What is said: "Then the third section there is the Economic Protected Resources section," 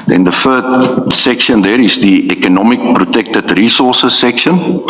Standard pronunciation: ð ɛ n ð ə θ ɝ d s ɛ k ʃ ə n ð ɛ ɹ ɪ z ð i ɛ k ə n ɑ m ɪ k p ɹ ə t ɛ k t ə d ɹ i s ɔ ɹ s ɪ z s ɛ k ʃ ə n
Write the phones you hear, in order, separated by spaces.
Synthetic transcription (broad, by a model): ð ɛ n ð ə f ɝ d s ɛ k ʃ ə n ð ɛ ɹ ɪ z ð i ɛ k ə n ɑ m ɪ k p ɹ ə t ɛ k t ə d ɹ i s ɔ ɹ s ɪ s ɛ k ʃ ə n